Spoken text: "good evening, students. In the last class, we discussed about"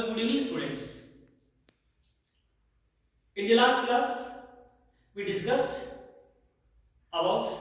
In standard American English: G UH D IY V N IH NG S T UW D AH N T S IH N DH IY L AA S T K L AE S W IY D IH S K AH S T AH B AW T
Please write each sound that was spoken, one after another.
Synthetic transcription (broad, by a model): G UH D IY N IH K S T UW D AH N T S IH N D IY L AA S T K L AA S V IY D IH S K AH S T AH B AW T